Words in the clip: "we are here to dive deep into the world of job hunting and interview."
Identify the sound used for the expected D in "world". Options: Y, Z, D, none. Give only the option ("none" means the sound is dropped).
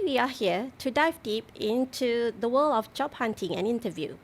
none